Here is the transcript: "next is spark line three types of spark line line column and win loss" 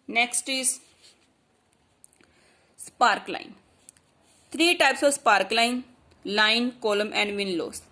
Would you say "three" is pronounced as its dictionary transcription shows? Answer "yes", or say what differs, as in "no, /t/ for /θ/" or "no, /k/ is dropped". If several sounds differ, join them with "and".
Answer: no, /t/ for /θ/